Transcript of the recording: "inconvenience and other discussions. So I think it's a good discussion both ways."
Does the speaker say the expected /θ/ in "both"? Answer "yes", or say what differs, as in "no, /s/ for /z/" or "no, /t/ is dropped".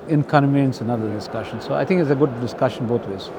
no, /t/ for /θ/